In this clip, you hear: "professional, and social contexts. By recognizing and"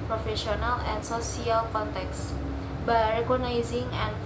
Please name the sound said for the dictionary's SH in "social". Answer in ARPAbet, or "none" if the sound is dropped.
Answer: S